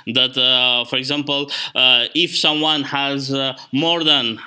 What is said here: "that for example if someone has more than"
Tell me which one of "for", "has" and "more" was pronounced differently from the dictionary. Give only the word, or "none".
none